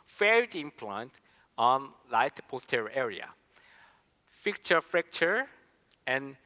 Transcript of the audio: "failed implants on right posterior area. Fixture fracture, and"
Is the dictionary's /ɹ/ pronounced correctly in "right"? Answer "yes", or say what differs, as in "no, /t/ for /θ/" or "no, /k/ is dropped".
no, /l/ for /ɹ/